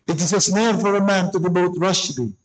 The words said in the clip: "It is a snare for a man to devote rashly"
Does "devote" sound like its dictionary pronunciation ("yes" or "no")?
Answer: no